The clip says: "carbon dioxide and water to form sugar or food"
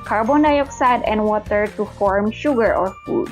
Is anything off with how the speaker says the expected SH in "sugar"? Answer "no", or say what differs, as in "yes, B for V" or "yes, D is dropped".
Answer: no